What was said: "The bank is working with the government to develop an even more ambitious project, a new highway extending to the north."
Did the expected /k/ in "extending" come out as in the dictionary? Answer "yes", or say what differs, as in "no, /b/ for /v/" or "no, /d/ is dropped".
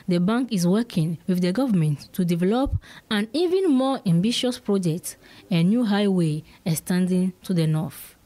no, /k/ is dropped